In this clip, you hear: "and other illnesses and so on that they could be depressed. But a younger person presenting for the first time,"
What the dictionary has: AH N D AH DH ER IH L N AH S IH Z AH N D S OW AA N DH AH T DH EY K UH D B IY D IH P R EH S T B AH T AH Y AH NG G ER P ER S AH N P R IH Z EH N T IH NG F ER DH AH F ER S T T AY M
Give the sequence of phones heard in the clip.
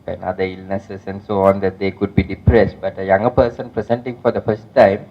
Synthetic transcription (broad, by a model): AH N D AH IY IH L N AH S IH S AH N D S OW AA N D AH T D EY K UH D B IY D IH P R EH S T B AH T AH Y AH NG G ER P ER S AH N P R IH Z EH N T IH NG F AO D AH F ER S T T AY M